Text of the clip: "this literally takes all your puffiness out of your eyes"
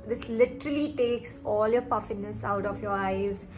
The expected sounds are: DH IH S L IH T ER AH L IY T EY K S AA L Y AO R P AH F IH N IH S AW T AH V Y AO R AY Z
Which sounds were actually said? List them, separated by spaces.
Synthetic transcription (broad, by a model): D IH S L IH T ER AH L IY T EY K S AA L Y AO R P AH F IH N IH S AW T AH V Y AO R AY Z